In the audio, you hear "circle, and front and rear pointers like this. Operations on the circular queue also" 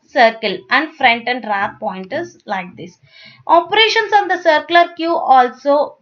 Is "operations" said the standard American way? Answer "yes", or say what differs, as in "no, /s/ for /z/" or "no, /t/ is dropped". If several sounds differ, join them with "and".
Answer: no, /s/ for /z/